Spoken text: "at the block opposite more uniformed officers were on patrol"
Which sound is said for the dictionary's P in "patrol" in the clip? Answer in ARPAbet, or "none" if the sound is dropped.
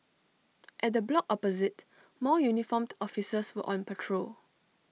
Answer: P